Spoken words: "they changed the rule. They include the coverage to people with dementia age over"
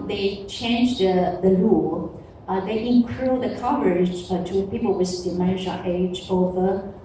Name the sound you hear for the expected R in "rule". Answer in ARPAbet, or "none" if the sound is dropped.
L